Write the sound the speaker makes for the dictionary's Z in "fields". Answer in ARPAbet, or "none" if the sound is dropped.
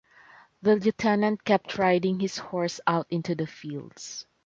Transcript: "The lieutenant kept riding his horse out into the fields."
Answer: S